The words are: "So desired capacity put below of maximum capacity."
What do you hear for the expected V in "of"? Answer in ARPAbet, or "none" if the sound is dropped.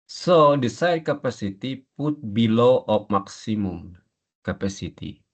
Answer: P